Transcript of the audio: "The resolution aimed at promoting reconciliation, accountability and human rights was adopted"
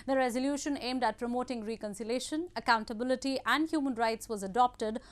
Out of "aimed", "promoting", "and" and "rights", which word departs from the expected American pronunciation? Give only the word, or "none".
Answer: none